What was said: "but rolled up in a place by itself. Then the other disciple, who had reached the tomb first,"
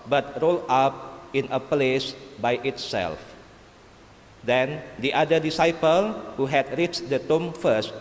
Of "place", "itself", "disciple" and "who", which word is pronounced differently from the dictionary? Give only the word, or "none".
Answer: none